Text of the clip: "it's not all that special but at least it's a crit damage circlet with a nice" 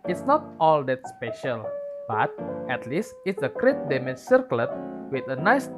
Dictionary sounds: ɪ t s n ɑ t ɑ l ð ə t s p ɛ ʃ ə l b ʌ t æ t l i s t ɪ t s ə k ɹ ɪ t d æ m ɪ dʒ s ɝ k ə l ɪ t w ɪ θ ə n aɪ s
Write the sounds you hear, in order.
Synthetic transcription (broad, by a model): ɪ t s n ɑ t ɑ l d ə t s p ɛ ʃ ə l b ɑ t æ t l i s t ɪ t s ə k ɹ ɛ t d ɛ m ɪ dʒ s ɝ k l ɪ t w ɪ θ ə n aɪ s